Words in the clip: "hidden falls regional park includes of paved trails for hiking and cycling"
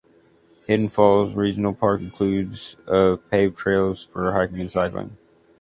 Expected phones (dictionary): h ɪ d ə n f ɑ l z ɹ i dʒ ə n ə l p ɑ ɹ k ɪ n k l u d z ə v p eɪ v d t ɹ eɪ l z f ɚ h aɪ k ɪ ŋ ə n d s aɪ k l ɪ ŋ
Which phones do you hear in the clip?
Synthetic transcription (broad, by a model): h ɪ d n f ɑ l z ɹ i dʒ n l p ɑ ɹ k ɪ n k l u d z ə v p eɪ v t ɹ eɪ l z f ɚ h aɪ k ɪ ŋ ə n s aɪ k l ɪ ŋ